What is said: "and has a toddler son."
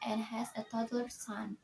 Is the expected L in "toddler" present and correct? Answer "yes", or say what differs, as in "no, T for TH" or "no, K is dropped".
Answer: no, L is dropped